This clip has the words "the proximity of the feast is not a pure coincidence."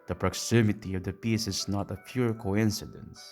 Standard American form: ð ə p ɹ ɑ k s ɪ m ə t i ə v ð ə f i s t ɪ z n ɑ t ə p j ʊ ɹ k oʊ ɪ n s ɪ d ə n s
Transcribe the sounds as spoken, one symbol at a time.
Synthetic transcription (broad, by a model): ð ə p ɹ ɑ k s ɪ m ə t i ə v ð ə p i s ɪ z n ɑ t ə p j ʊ ɹ k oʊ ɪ n s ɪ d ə n s